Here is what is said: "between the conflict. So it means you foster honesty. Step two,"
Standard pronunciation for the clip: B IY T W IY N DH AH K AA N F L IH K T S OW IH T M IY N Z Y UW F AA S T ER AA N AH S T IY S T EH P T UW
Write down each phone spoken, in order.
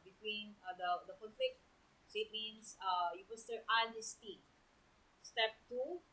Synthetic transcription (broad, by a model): B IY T W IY N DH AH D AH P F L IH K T S OW IH T M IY N S Y UW P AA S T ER AA N AH S T IY S T EH P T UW